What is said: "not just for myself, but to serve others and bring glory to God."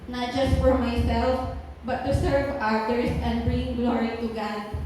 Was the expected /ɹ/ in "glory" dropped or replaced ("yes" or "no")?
no